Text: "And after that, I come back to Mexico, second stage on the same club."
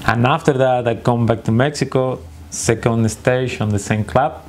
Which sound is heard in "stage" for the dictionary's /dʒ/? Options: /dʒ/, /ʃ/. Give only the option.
/ʃ/